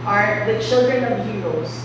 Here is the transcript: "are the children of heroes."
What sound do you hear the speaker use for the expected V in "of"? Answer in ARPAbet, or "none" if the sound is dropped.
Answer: V